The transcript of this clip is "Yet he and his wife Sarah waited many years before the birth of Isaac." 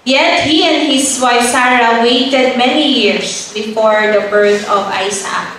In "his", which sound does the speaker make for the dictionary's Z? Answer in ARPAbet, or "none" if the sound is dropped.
S